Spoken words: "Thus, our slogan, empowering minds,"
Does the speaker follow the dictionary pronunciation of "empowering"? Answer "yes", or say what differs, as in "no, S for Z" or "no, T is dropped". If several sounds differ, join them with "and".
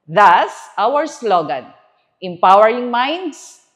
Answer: yes